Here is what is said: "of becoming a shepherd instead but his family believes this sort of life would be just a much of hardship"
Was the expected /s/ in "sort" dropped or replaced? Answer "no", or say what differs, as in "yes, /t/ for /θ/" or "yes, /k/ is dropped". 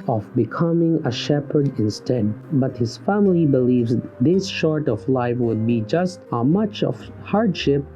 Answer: yes, /ʃ/ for /s/